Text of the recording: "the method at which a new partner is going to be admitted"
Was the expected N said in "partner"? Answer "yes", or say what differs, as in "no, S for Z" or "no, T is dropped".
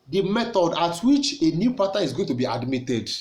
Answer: no, N is dropped